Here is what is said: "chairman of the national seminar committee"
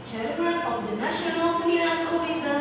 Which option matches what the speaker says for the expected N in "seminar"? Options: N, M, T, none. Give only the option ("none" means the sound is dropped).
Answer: none